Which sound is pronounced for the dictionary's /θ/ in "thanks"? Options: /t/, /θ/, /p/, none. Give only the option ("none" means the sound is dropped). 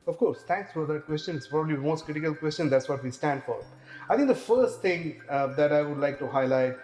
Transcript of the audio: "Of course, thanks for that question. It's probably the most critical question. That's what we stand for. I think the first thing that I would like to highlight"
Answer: /t/